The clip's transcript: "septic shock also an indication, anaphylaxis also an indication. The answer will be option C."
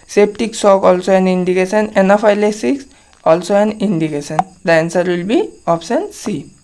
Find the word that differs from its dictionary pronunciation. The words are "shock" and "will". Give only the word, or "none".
shock